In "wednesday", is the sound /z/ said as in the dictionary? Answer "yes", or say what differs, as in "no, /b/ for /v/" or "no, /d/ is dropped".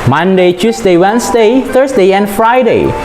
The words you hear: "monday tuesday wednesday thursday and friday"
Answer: no, /s/ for /z/